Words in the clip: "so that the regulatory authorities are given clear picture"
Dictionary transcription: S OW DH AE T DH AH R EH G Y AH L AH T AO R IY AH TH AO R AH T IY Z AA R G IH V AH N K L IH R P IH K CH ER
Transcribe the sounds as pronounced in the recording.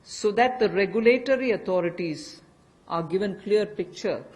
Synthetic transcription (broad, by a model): S OW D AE T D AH R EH G Y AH L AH T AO R IY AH T AO R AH T IY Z AA R G IH V AH N K L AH R P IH K CH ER